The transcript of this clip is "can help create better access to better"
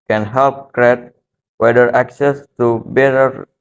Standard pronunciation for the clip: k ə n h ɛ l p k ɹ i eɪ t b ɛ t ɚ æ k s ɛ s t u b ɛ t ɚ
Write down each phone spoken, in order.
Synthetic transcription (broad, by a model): k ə n h ɛ l p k ɹ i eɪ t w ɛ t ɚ æ k s ɛ s t u b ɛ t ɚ